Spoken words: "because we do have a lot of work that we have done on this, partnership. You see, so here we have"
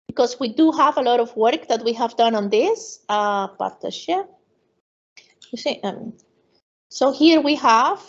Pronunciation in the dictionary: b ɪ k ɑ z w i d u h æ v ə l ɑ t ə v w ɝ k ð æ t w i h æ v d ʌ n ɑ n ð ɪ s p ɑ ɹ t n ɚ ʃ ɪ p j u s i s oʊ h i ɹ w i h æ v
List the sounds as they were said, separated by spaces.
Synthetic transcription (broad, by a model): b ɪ k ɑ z w i d u h æ v ə l ɑ t ə v w ɝ k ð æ t w i h æ v d ʌ n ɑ n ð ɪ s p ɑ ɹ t ɚ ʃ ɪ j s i s oʊ h i ɹ w i h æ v